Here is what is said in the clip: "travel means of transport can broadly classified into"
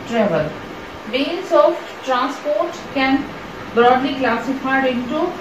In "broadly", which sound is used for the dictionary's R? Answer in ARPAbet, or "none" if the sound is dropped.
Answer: R